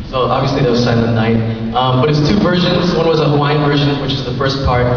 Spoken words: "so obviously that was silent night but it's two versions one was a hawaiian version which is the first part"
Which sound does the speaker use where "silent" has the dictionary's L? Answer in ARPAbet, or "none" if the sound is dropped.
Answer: none